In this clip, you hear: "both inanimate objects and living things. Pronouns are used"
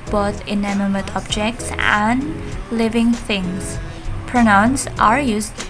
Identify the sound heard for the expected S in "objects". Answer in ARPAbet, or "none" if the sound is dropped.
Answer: S